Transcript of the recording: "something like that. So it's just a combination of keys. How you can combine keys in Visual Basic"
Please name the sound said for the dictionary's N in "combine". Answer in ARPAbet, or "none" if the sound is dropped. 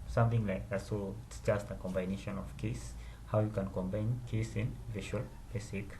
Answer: N